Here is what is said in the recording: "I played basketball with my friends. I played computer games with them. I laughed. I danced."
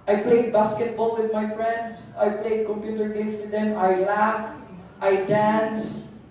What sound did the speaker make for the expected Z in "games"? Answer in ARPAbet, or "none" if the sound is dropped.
S